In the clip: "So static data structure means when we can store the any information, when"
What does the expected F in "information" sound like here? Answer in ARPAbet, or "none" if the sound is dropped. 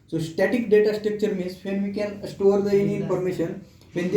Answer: P